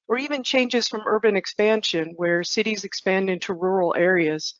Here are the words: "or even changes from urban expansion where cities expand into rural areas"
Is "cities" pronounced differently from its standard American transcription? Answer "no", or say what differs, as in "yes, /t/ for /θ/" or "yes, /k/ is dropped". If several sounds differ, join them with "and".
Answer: no